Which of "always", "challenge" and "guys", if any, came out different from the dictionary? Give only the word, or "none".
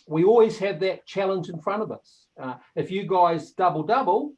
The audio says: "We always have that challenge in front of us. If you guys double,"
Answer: none